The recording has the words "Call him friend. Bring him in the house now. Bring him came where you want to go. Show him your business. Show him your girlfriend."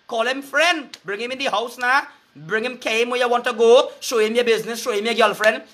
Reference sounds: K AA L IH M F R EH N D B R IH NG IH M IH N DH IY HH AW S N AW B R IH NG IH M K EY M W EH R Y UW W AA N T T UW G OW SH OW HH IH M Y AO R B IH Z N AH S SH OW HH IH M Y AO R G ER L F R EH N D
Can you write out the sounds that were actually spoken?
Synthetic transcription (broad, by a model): K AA L IH M F R EH N D B R IH NG IH M IH N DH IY HH AW S N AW B R IH NG IH M K EY M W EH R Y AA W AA N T T UW G OW SH OW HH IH M Y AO B IH Z N AH S SH OW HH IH M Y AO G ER L F R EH N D